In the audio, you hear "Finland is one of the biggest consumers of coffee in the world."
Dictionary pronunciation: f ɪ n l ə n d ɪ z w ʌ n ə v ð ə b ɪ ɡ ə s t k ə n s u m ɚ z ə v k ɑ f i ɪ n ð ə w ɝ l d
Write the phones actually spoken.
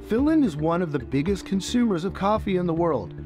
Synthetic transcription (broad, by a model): f ɪ l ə n ɪ z w ʌ n ə v ð ə b ɪ ɡ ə s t k ə n s u m ɚ z ə v k ɑ f i ɪ n ð ə w ɝ l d